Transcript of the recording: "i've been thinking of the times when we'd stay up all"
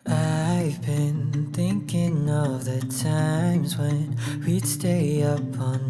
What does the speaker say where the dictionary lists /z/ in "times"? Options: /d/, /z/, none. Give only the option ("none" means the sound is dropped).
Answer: /z/